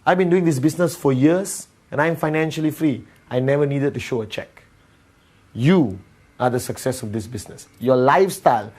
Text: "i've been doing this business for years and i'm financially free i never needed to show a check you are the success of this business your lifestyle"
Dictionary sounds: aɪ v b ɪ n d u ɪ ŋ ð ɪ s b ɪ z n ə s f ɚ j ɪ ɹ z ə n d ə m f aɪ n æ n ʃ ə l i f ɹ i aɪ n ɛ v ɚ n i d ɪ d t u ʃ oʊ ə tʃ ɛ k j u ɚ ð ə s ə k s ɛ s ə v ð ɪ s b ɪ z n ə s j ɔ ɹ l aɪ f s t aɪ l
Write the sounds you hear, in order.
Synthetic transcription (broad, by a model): aɪ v b ɪ n d u ɪ ŋ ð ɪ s b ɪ s n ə s f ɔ j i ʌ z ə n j ə m f aɪ n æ n ʃ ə l i f ɹ i aɪ n ɛ v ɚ n i d ɪ d t u ʃ oʊ ə tʃ ɛ k j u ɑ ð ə s ə k s ɛ s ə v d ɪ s b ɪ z n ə s j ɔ l aɪ f s t aɪ l